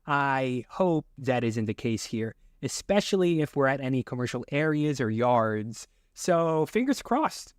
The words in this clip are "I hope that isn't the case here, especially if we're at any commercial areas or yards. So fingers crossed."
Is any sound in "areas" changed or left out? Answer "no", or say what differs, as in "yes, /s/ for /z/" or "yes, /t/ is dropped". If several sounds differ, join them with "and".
no